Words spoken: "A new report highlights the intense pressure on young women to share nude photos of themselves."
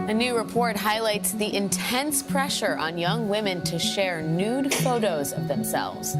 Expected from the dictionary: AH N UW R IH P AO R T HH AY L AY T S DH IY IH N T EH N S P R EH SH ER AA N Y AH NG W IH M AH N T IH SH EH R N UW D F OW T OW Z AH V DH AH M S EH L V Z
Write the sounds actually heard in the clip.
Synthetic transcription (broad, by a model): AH N UW R IH P AO R T HH AY L AY T S DH IY IH N T EH N S P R EH SH ER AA N Y AH NG W IH M AH N T IH SH EH R N UW D F OW T OW Z AH V DH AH M S EH L V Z